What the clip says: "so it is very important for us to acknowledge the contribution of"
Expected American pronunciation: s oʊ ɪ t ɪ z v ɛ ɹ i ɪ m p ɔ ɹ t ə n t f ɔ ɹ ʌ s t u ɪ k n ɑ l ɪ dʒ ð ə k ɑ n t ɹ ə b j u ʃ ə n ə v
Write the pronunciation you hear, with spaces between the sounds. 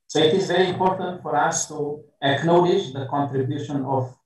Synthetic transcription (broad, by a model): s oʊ ɪ t ɪ z v ɛ ɹ i ɪ m p ɔ ɹ t ə n t f ɔ ɹ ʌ s t u ɪ k n ɑ l ɪ dʒ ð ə k ɑ n t ɹ ə b j u ʃ ə n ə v